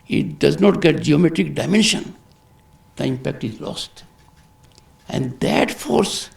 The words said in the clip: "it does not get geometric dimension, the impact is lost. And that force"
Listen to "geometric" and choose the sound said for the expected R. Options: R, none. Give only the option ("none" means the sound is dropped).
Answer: R